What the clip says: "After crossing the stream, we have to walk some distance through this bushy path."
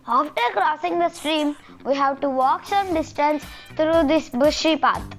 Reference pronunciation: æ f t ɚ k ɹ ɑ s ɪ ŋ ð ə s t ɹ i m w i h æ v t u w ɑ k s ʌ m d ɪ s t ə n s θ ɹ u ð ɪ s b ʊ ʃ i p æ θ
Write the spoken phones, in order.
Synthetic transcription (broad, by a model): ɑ f t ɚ k ɹ ɑ s ɪ ŋ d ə s t ɹ i m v i h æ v t u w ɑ k s ʌ m d ɪ s t ə n s t ɹ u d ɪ s b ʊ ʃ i p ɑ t